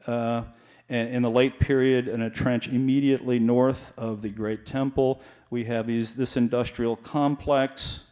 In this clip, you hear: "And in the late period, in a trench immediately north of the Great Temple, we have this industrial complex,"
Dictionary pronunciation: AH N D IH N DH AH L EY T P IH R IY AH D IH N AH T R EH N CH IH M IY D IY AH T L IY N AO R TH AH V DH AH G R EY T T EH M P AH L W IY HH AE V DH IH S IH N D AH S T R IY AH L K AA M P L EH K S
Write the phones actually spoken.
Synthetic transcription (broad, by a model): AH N IH N DH AH L EY T P IH R IY AH D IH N AH T R EH N CH IH M IY D IY AH T L IY N AO R TH AH V DH AH G R EY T T EH M P L W IY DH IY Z DH IH S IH N D AH S T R IY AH L K AA M P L EH K S